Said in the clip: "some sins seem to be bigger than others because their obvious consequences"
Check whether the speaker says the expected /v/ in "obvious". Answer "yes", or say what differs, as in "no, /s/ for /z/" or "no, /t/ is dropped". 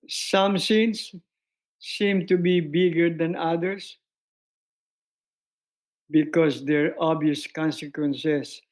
no, /v/ is dropped